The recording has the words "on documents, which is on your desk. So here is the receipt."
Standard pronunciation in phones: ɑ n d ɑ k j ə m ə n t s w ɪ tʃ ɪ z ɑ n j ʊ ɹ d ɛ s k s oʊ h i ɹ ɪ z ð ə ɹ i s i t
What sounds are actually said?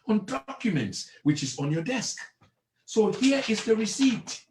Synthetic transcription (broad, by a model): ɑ n d ɑ k j ə m ə n t s w ɪ tʃ ɪ z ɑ n j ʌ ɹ d ɛ s k s oʊ h i ɹ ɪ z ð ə ɹ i s i t